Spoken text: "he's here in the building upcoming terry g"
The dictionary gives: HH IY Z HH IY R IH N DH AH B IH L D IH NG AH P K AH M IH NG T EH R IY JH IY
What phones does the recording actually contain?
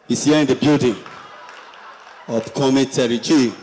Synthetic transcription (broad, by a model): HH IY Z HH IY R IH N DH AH B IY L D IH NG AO F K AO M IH T EH R IY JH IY